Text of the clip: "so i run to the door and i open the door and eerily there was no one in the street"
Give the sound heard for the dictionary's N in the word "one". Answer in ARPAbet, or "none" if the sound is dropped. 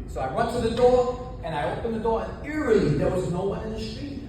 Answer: none